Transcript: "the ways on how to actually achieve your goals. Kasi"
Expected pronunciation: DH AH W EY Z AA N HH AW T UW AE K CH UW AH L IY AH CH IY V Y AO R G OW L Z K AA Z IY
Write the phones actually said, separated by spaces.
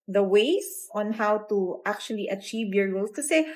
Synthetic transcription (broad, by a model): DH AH W EY S AA N HH AW T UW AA K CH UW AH L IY AH CH IY V Y AO R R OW L S K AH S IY